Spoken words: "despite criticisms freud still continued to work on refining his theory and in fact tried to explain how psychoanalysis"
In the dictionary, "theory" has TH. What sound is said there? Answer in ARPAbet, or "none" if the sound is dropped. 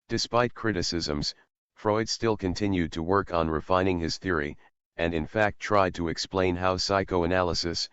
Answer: TH